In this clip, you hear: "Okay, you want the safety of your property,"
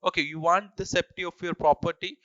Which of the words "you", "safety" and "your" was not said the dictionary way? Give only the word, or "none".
safety